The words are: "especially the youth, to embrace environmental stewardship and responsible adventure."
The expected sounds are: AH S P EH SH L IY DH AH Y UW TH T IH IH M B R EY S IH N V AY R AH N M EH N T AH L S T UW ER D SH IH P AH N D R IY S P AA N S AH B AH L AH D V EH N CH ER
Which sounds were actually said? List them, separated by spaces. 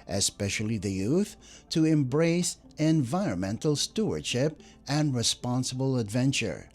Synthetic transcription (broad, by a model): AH S P EH SH L IY DH AH Y UW TH T IH IH M B R EY S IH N V AY R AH N M EH N T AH L S T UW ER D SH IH P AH N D R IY S P AA N S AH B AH L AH D V EH N CH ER